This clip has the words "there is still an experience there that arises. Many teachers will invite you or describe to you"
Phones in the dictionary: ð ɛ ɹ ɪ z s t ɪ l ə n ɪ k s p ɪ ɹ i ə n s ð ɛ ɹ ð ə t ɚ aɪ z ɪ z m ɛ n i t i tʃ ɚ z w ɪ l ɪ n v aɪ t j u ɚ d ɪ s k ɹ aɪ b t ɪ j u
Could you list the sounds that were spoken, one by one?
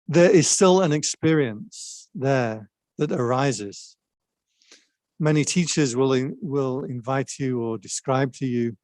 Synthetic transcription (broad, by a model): ð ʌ ɹ ɪ z s t ɪ l ə n ɪ k s p ɪ ɹ i ə n s ð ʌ ɹ ð ə t ɚ aɪ z ɪ z m ɛ n i t i tʃ ɚ z w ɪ l ɪ l v aɪ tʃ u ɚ d ɪ s k ɹ aɪ b t ɪ j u